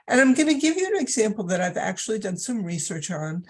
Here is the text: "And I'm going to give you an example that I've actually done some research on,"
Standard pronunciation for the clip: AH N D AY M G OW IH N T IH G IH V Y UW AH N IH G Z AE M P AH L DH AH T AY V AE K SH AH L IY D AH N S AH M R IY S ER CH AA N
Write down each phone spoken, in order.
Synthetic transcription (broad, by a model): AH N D AY M G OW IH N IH G IH V Y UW AH N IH G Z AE M P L DH AH T AY V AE K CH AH L IY D AH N S AH M R IY S ER CH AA N